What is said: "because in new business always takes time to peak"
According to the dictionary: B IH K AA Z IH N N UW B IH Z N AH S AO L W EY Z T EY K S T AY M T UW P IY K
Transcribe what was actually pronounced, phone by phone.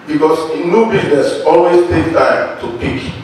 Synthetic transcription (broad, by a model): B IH K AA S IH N N UW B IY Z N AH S AO L W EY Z T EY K T AY M T UW P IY K